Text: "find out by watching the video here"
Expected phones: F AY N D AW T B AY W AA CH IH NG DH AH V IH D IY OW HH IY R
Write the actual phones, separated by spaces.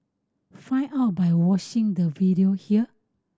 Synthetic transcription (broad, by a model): F AY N AW T B AY W AA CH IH NG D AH V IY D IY OW HH IY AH